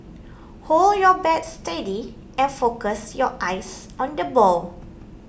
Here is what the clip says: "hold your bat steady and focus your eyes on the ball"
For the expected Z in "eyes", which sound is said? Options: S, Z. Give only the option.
S